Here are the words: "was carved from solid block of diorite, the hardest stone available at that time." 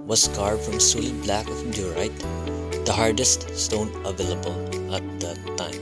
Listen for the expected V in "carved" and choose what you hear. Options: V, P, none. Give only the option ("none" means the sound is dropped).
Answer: none